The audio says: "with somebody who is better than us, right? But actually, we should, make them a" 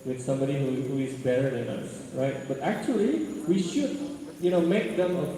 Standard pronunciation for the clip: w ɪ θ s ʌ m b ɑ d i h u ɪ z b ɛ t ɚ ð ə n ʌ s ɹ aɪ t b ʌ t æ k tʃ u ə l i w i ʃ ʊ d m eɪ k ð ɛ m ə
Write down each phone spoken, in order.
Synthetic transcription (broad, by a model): w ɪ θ s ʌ m b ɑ d i h u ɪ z b ɛ t ɚ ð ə n ʌ s ɹ aɪ t b ʌ t æ k tʃ u ə l i w i ʃ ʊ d m eɪ k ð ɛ m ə